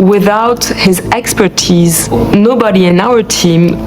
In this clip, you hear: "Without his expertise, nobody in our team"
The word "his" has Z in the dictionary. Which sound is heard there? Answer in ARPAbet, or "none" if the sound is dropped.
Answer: Z